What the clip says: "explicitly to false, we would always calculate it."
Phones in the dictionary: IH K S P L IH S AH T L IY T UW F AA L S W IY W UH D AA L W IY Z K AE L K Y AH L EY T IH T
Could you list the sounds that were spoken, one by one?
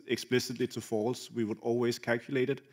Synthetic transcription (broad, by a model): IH K S P L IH S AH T L IY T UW F AA L S W IY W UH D AA L W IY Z K AE L K Y AH L EY T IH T